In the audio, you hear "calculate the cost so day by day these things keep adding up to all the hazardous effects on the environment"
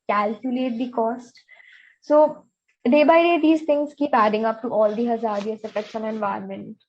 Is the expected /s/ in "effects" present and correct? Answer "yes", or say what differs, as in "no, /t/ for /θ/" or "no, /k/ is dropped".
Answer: no, /ʃ/ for /s/